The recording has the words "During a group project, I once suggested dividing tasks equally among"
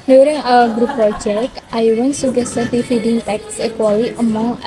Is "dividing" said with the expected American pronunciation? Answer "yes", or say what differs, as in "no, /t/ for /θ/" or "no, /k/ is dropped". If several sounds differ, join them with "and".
no, /f/ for /v/